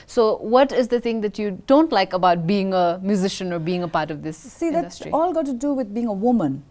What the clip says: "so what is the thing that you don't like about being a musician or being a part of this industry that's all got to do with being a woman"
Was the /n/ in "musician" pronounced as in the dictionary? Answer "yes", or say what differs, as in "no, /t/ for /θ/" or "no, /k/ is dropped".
yes